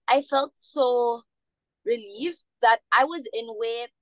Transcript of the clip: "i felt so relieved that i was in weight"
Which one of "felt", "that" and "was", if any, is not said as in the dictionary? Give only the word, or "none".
none